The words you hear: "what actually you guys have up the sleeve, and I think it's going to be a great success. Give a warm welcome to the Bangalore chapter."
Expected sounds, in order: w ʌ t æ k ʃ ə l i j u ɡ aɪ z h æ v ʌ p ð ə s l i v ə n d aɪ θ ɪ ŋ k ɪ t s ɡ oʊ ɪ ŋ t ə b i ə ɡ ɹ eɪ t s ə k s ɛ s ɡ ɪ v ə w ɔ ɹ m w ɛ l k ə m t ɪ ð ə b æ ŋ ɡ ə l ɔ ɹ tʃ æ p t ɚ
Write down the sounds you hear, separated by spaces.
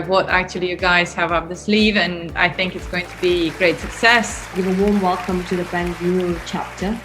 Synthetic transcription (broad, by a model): w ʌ t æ k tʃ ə l i j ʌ ɡ aɪ z h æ v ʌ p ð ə s l i v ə n aɪ θ ɪ ŋ k ɪ t s ɡ oʊ ɪ ŋ t ə b i ɡ ɹ eɪ t s ə k s ɛ s ɡ ɪ v ə w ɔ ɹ m w ɛ l k ə m t ɪ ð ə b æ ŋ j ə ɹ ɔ l tʃ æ p t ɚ